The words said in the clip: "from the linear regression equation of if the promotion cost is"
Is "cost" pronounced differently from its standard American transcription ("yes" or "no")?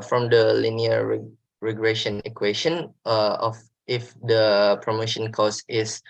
yes